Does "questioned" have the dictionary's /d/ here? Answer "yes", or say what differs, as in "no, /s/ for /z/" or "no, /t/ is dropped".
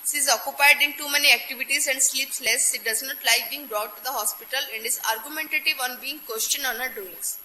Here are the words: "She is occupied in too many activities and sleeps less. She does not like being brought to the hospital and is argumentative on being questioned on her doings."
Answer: no, /d/ is dropped